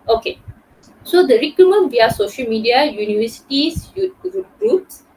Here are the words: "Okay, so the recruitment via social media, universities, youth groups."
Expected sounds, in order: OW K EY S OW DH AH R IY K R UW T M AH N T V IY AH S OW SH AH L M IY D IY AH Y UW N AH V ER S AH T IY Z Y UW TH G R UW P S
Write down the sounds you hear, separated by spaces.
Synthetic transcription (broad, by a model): OW K EY S OW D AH R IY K UW M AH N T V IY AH S OW SH AH L M IY D IY AH Y UW N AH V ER S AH T IY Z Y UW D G R UW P S